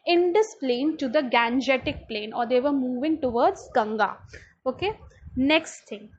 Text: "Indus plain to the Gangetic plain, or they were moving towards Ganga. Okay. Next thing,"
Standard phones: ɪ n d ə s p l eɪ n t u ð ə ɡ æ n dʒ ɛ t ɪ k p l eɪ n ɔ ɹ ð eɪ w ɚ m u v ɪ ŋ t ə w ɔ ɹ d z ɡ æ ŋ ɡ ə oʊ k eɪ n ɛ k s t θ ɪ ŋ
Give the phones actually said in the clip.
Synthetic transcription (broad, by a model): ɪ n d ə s p l eɪ n t u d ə ɡ æ n dʒ ɛ t ɪ k p l eɪ n ɔ ɹ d eɪ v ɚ m u v ɪ ŋ t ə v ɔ ɹ d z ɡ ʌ ŋ ɡ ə oʊ k eɪ n ɛ k s t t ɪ ŋ